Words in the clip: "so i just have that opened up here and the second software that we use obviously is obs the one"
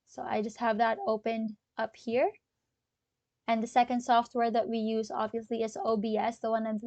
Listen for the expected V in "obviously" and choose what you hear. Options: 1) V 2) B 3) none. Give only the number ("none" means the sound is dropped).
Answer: 1